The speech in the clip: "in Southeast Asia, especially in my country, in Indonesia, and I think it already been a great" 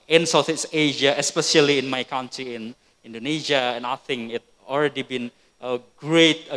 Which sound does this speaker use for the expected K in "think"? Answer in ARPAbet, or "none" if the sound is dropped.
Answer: none